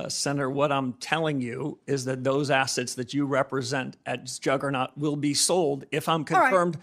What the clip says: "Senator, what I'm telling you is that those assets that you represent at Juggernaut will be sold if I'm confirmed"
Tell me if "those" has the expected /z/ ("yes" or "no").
yes